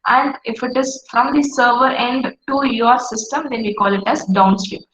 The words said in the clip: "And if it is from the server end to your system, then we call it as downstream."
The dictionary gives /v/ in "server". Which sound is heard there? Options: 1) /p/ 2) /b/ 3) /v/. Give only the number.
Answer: 3